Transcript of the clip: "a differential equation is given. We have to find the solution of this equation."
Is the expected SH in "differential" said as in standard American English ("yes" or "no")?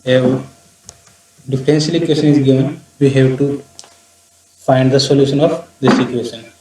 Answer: no